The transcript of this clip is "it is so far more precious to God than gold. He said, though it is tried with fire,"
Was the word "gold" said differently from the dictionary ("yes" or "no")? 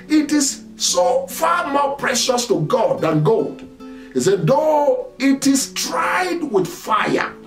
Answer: no